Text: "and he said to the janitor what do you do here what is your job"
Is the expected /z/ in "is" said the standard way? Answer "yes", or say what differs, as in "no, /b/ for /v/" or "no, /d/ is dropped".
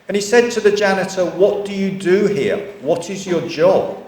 yes